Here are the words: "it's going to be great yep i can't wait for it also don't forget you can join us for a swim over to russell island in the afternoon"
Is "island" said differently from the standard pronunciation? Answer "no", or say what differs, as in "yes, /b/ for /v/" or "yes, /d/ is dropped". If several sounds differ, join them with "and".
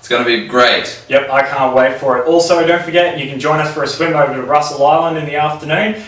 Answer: no